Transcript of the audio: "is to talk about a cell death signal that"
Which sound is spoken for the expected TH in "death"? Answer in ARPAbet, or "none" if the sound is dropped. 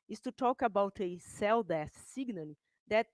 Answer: S